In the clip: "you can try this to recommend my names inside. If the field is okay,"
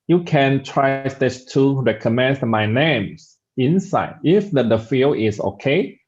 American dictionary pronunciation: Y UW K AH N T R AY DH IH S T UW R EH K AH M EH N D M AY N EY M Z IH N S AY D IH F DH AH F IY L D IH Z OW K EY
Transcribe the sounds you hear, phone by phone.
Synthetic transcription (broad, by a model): Y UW K AH N T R AY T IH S T UW R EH K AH M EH N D M AY N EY M S IH N S AY D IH F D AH F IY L IH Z OW K EY